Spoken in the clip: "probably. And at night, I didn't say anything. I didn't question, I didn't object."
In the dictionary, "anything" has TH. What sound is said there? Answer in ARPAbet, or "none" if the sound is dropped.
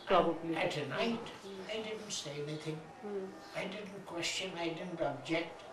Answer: TH